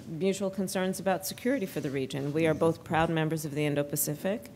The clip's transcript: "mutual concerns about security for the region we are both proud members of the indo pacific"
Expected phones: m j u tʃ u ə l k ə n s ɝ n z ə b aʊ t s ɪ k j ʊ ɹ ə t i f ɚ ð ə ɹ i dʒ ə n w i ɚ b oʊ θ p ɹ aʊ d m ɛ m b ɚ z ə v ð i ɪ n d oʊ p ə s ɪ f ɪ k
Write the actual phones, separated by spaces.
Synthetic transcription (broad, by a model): m j u tʃ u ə l k ə n s ɝ n z ə b aʊ t s ɪ k j ʊ ɹ ə t i f ɚ ð ə ɹ i dʒ ə n w i ɚ b oʊ θ p ɹ aʊ d m ɛ m b ɚ z ə v ð i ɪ n d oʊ p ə s ɪ f ɪ k